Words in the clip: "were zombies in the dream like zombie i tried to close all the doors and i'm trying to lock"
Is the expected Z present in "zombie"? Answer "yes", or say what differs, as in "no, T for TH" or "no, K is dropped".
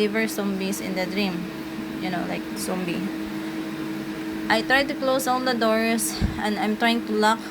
no, S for Z